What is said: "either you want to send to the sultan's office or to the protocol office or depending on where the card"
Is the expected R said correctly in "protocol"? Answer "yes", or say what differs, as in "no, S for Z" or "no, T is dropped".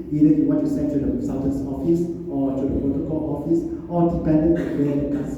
no, R is dropped